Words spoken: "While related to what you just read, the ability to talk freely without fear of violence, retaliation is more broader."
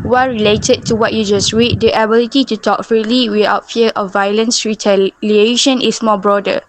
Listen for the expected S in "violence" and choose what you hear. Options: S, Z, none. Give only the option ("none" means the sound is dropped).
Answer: S